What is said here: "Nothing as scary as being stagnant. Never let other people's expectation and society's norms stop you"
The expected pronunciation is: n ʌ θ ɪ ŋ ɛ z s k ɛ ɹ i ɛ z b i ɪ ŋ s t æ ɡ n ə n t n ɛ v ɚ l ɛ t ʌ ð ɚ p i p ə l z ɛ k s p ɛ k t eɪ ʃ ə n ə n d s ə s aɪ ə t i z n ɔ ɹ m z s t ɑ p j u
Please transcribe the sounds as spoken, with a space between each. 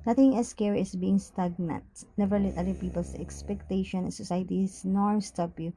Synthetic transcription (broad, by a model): n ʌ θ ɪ ŋ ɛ s k ɛ ɹ i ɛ s b i ɪ ŋ s t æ ɡ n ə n t n ɛ v ɚ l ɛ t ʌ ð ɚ p i p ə l s ɛ k s p ɛ k t eɪ ʃ ə n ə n s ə s aɪ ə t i s n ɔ ɹ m s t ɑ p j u